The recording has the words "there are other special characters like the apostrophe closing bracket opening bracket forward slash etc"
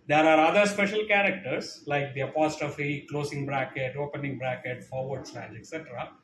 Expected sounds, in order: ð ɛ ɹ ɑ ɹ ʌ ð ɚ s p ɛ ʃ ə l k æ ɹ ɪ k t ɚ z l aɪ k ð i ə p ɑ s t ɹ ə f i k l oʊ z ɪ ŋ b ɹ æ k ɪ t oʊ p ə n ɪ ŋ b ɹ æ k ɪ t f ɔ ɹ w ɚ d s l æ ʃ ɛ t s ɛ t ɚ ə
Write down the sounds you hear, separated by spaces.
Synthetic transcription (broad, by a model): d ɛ ɹ ɑ ɹ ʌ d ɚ s p ɛ ʃ ə l k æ ɹ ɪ k t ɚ s l aɪ k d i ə p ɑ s t ə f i k l oʊ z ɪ ŋ b ɹ æ k ɪ t oʊ p ə n ɪ ŋ b ɹ æ k ɪ t f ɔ ɹ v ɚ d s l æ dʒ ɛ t s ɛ t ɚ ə